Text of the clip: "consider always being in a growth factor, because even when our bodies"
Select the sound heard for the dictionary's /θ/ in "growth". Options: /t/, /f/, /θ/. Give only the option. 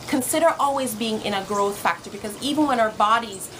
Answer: /θ/